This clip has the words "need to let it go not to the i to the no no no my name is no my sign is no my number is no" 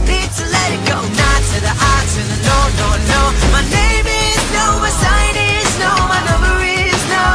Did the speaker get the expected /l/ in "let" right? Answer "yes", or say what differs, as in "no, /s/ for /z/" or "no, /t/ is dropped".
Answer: yes